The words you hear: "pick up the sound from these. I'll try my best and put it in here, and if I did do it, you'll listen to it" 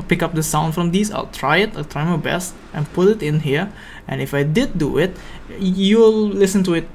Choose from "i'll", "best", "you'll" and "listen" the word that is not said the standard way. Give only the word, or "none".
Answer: none